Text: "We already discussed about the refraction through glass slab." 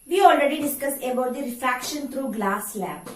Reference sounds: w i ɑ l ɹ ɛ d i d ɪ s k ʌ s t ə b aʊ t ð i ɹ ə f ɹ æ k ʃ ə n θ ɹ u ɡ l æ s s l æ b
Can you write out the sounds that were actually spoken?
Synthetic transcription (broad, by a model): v i ɑ l ɹ ɛ d i d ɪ s k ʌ s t ə b aʊ t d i ɹ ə f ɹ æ k ʃ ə n t ɹ u ɡ l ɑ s s l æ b